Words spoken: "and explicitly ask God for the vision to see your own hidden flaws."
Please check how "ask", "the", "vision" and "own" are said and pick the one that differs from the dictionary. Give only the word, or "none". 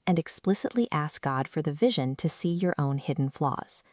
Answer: none